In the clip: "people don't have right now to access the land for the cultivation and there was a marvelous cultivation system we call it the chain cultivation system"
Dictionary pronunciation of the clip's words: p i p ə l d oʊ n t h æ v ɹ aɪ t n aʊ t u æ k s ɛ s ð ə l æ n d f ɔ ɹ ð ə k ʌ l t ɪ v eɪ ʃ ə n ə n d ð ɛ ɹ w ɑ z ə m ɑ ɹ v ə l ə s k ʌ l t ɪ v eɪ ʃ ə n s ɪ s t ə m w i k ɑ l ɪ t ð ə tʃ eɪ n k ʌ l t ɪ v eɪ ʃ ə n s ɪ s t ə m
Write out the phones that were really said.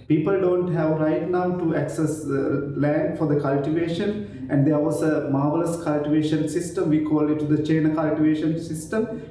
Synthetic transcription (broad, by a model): p i p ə l d oʊ n t h æ v ɹ aɪ t n aʊ t u æ k s ɛ s l æ n d f ɔ ɹ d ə k ʌ l t ɪ v eɪ ʃ ə n ə n d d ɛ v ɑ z ə m ɑ ɹ v ə l ə s k ʌ l t ɪ v eɪ ʃ ə n s ɪ s t ə m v i k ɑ l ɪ t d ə tʃ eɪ n k ʌ l t ɪ v eɪ ʃ ə n s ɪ s t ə m